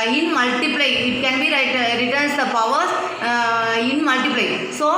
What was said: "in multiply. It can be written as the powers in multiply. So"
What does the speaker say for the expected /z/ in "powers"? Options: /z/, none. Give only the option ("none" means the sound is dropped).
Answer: none